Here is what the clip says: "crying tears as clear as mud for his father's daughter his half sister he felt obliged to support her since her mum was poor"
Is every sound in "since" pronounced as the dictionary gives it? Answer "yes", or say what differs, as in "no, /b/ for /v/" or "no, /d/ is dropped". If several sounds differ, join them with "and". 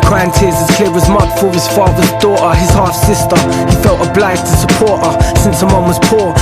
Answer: yes